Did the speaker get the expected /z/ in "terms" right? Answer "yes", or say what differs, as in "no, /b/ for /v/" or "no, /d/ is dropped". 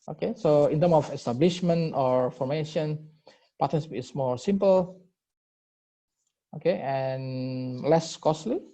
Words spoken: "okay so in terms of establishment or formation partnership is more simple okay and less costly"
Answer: no, /z/ is dropped